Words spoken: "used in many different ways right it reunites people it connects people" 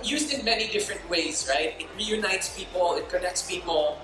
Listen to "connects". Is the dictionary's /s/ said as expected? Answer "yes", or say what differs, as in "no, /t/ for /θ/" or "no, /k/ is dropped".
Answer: yes